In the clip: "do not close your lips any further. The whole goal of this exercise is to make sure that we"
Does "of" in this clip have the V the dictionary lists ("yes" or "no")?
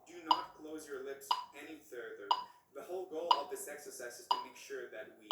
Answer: yes